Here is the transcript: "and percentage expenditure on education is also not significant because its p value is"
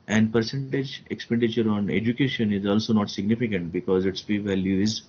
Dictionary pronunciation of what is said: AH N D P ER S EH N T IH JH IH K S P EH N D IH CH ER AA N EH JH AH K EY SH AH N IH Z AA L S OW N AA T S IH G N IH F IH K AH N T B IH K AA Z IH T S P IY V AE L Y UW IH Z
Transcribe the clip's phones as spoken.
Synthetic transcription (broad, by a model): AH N D P ER S EH N T IH JH IH K S P EH N D IH CH ER AA N EH JH AH K EY SH AH N IH Z AA L S OW N AA T S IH G N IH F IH K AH N T B IH K AA Z IH T S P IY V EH L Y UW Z